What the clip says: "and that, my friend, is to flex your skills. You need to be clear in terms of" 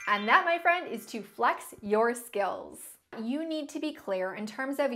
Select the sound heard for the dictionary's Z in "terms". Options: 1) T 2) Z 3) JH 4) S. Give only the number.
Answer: 2